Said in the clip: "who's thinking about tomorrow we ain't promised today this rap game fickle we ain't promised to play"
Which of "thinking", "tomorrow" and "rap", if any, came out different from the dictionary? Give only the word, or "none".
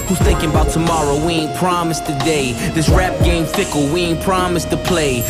none